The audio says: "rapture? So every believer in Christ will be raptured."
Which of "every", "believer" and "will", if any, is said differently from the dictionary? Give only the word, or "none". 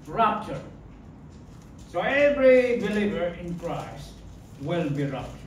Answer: none